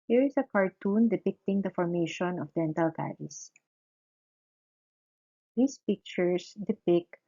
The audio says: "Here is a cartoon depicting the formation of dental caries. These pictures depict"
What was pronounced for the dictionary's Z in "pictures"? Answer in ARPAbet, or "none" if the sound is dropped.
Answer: S